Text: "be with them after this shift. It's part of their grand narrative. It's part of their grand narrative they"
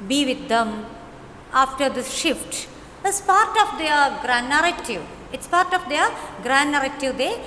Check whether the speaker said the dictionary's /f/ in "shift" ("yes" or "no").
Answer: yes